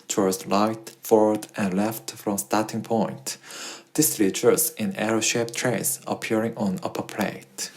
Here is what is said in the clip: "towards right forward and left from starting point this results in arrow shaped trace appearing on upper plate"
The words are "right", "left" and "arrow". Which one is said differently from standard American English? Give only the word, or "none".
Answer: right